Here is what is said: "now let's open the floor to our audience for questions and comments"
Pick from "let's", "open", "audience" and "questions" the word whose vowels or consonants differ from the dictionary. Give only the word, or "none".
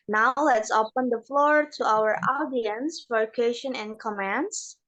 questions